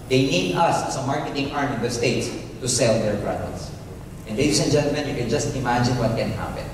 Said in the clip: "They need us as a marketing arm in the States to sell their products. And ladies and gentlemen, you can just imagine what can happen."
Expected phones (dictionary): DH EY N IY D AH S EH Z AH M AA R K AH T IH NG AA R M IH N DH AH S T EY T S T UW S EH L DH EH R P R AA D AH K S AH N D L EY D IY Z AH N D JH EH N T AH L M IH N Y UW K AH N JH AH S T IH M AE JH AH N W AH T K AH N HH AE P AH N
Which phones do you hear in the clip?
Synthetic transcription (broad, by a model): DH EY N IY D AH S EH S AH M AA R K AH T IH NG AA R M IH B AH S T EY T S T UW S EH L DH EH R B R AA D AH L S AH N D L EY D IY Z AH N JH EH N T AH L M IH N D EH K AH N JH AH S T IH M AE JH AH N W AH T K AH N HH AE P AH N